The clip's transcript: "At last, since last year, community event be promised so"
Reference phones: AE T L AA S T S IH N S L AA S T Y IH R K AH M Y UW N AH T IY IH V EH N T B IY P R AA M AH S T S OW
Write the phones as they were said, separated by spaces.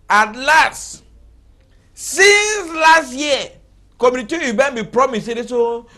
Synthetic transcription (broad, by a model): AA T L AA S T S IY N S L AA S T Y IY K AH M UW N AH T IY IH B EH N B IY P R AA M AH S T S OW